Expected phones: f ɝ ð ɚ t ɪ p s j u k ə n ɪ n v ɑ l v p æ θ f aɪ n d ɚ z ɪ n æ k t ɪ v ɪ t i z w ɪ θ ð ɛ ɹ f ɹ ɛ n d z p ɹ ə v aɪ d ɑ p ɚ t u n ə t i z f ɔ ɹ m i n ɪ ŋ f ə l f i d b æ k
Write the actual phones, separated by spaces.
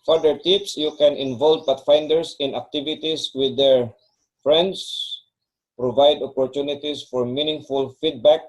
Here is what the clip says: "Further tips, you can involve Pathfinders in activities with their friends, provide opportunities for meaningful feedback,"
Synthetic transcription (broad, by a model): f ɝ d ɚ t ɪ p s j u k ə n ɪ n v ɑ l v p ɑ t f aɪ n d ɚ s ɪ n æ k t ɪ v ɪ t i s w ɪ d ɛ ɹ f ɹ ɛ n d s p ɹ ə v aɪ d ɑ p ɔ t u n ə t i s f ɔ ɹ m i n ɪ ŋ f ə l f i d b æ k